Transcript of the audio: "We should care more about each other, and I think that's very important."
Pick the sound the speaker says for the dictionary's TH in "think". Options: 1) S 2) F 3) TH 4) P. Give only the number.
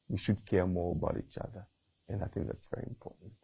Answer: 3